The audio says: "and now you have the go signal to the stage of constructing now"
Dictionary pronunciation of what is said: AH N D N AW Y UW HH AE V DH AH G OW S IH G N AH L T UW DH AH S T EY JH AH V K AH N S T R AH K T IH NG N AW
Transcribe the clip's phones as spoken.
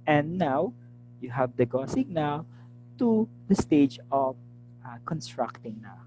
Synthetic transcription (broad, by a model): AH N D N AW Y UW HH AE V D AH G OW S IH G N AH W T UW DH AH S T EY JH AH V K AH N S T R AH K T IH NG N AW